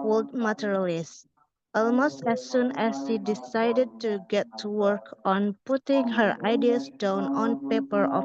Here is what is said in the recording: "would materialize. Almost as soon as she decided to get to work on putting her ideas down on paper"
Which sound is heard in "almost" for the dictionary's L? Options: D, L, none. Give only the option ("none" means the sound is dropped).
L